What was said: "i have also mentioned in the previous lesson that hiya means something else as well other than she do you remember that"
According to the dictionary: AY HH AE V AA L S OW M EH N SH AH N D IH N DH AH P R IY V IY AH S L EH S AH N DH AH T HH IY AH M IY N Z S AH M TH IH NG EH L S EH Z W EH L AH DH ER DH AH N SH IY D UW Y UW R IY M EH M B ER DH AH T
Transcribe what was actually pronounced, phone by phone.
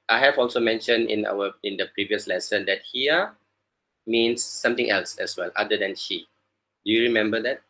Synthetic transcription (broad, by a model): AY HH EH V AA L S OW M EH N SH AH N D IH N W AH P R IY V IY AH S L EH S AH N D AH T HH IY AH M IY N S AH M T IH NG EH L S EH S W EH L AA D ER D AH N SH IY D UW Y UW R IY M EH M B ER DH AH T